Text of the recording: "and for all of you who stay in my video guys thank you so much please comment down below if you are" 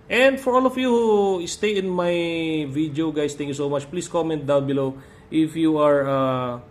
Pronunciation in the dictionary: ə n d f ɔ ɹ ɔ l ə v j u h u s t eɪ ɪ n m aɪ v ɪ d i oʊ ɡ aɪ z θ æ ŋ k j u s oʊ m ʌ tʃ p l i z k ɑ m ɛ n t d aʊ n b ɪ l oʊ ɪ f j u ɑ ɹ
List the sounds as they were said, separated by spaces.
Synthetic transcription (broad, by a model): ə n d f ɔ ɹ ɔ l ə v j u h u s t eɪ ɪ n m aɪ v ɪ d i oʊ ɡ aɪ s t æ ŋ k j u s oʊ m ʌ tʃ p l i s k ɑ m ɛ n t d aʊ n b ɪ l oʊ ɪ f j u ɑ ɹ